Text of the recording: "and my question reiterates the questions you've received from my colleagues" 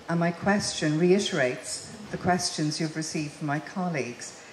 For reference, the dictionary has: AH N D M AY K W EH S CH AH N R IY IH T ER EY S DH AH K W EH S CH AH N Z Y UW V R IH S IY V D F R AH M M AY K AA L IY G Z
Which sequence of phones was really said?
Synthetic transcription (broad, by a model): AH N M AY K W EH S CH AH N R IY IH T ER EY S DH AH K W EH S CH AH N Z Y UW V R IH S IY V D F R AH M M AY K AA L IY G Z